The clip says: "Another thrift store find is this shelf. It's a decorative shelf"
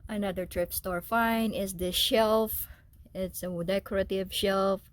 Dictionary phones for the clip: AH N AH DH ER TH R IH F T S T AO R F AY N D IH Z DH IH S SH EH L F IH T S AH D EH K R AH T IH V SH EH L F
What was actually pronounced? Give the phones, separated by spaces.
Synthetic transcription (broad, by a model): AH N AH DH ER T R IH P S T AO R F AY N IH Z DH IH SH EH L F IH T S AH D EH K R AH T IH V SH EH L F